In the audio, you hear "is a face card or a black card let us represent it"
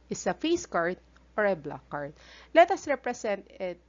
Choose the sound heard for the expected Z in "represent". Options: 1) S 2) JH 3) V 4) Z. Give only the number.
1